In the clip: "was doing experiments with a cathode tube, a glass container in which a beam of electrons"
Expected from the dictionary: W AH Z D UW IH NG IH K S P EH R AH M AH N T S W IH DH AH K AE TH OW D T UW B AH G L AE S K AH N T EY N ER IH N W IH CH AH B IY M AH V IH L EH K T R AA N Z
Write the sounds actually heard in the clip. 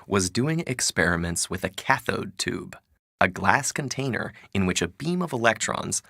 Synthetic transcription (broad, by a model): W AH Z D UW IH NG IH K S P EH R AH M AH N T S W IH DH AH K AE TH OW D T UW B AH G L AE S K AH N T EY N ER IH N W IH CH AH B IY M AH V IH L EH K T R AA N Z